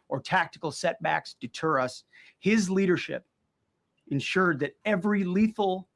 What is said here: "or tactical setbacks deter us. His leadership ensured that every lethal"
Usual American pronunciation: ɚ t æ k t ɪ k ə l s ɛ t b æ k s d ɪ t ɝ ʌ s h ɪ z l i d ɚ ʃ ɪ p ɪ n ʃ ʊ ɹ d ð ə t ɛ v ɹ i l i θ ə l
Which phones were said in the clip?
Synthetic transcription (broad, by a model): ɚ t æ k t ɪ k l s ɛ t b æ k s d ɪ t ɝ ʌ s h ɪ z l i d ɚ ʃ ɪ p ɪ n ʃ ʊ ɹ d ð ə t ɛ v ɹ i l i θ l